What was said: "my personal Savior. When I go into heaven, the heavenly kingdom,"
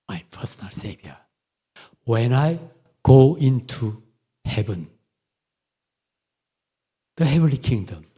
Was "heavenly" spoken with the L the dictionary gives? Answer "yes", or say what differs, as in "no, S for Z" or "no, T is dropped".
yes